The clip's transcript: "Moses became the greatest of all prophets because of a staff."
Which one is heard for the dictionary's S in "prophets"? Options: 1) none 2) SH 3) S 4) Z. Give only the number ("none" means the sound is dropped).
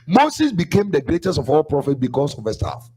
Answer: 1